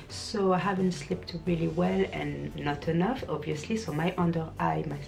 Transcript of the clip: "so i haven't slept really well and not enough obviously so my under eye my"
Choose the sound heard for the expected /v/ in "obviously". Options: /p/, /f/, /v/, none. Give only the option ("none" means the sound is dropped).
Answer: /v/